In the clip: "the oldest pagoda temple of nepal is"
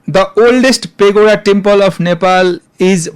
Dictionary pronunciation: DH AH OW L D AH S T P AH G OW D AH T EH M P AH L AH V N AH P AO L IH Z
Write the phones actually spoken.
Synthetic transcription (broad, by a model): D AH OW L D AH S T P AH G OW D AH T EH M P AH L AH P N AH P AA L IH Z